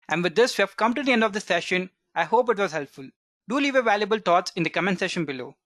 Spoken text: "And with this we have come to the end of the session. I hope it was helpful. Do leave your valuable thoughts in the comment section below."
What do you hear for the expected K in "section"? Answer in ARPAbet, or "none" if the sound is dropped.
none